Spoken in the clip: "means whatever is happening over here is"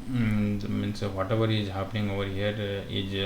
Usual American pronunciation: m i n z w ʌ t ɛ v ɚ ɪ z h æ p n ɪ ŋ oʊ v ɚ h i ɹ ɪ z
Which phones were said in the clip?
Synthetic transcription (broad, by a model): m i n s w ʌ t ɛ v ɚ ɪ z h æ p n ɪ ŋ oʊ v ɚ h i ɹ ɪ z